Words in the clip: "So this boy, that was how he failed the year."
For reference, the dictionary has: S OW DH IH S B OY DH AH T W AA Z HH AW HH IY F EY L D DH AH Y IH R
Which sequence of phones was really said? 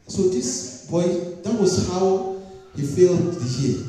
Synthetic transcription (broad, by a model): S OW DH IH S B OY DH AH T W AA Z HH AW HH IY F EY L D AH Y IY